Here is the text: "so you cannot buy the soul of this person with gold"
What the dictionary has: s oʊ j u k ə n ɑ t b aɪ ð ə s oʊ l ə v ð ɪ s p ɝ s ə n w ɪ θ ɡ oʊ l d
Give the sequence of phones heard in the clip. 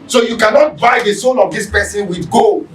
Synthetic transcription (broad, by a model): s oʊ j u k ə n ɑ t b aɪ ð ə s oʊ n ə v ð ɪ s p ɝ s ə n w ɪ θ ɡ oʊ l